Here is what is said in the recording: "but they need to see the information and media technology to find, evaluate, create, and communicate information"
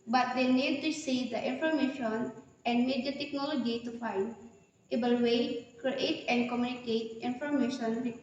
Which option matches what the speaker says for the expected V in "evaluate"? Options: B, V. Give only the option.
B